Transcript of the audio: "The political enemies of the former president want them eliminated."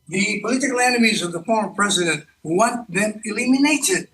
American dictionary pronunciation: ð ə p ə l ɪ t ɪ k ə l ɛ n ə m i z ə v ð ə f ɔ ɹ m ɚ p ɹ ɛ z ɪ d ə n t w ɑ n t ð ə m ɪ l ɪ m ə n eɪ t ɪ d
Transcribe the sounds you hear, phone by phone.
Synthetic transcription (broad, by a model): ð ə p ə l ɪ t ɪ k ə l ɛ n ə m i z ə v ð ə f ɔ ɹ m ɚ p ɹ ɛ z ɪ d ə n t w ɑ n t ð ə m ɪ l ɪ m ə n eɪ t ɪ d